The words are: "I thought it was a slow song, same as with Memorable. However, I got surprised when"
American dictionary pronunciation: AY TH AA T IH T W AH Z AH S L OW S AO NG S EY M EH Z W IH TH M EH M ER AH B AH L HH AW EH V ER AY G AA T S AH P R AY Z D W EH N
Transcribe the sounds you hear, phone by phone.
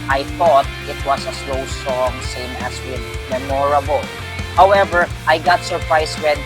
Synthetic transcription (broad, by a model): AY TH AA T IH T W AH S AH S L OW S AO NG S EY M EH S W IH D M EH M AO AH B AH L HH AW EH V ER AY G AA T S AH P R AY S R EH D